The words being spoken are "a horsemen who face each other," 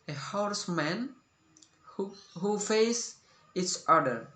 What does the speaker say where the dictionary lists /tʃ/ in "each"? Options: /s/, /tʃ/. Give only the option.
/s/